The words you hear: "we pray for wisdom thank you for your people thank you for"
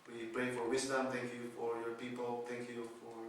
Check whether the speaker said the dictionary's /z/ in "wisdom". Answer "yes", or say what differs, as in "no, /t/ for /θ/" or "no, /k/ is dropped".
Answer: no, /s/ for /z/